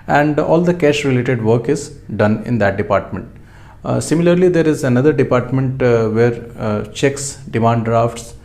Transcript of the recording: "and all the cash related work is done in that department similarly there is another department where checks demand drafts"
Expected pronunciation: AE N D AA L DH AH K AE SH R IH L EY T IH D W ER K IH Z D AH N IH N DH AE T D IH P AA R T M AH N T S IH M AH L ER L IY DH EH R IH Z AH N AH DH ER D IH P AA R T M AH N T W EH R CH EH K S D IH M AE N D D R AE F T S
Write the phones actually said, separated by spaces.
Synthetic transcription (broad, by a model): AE N D AA L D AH K AE SH R IH L EY T IH D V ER K IH Z D AH N IH N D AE T D IH P AA R T M AH N T S IH M AH L ER L IY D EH R IH Z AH N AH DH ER D IH P AA R T M AH N T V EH R CH EH K S D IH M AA N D D R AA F T S